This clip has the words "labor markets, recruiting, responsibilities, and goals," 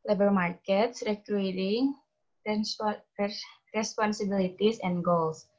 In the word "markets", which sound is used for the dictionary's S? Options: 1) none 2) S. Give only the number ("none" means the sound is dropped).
2